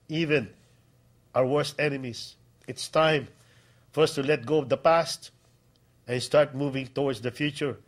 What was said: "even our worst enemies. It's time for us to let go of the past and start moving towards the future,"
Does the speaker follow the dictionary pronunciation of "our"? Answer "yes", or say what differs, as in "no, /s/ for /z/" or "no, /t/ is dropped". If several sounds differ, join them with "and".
no, /w/ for /ɹ/